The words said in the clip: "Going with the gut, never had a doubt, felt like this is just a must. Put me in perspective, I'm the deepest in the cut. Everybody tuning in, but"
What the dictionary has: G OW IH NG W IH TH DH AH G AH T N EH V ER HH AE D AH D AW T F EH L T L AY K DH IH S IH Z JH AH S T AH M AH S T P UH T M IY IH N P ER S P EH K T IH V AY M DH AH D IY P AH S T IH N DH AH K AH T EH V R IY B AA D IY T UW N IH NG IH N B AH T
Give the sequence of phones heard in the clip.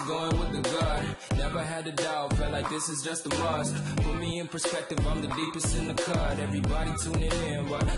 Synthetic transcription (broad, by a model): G OW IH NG W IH DH AH G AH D N EH V ER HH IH D AH D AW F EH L L AY K DH IH S IH Z JH AH S T AH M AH S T F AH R M IY IH N P ER S P EH K T IH V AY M DH AH D IY P AH S T IH N DH AH K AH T EH V R IY B AA D IY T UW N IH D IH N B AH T